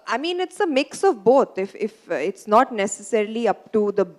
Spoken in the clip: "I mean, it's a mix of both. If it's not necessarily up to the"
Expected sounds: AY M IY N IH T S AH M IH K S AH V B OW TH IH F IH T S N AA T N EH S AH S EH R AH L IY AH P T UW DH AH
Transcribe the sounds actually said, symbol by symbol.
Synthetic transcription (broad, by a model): AY M IY N IH T S AH M IH K S AH V B OW F IH F IH T S N AA T N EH S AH S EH R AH L IY AH P T UW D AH